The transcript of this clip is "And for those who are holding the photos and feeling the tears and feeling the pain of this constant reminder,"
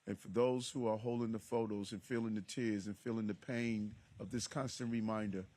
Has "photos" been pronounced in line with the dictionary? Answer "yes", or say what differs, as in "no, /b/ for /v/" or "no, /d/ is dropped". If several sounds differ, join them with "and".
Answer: yes